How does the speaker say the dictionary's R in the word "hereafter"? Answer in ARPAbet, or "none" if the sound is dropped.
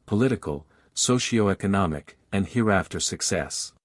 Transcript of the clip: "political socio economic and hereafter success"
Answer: R